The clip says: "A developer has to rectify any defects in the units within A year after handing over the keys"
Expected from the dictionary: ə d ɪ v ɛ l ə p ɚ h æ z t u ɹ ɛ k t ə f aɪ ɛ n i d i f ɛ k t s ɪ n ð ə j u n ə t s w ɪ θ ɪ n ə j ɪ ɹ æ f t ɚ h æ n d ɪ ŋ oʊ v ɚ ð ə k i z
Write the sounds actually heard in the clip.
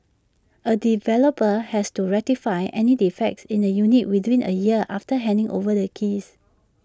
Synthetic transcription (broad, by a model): ə d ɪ v ɛ l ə p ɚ h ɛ s t u ɹ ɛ t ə f aɪ ɛ n i d i f ɛ k t s ɪ n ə j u n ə t w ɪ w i n ə j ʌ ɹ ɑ f t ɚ h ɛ n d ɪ ŋ oʊ v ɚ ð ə k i s